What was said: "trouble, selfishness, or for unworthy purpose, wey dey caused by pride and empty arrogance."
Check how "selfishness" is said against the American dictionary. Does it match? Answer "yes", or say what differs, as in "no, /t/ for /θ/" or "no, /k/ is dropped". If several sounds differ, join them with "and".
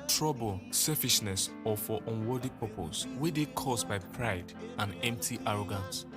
no, /l/ is dropped